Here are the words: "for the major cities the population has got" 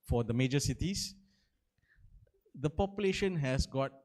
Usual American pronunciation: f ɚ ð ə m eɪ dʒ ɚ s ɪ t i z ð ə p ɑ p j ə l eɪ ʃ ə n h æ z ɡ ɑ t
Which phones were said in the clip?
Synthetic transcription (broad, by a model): f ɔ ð ə m eɪ dʒ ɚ s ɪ t i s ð ə p ɑ p j ə l eɪ ʃ ə n h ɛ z ɡ ɑ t